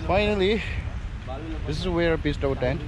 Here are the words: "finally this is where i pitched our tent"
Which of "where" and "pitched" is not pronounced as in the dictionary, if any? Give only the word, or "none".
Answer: pitched